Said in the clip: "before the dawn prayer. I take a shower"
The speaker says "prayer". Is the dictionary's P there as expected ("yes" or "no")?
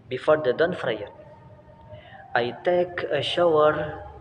no